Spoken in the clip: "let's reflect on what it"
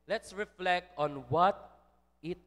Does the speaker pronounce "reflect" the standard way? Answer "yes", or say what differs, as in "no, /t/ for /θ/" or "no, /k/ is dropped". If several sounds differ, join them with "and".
yes